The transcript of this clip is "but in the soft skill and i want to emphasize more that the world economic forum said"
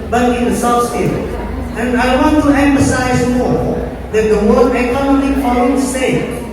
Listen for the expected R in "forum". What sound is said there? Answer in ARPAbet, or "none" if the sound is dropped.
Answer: L